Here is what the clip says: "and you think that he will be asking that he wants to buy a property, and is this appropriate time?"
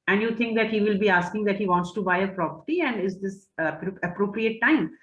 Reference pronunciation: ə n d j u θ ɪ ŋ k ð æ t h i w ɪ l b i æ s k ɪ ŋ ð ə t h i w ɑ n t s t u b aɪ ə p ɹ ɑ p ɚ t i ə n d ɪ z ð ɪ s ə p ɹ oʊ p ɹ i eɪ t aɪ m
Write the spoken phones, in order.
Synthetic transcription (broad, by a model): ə n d j u t ɪ ŋ k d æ t h i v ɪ l b i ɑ s k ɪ ŋ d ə t h i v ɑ n t s t u b aɪ ə p ɹ ɑ p ɚ t i ə n d ɪ z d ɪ s ə p ɹ oʊ p ɹ i eɪ t aɪ m